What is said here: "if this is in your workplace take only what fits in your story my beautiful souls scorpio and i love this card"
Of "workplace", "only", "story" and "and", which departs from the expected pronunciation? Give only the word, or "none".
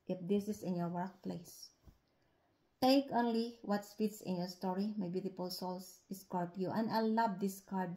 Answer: none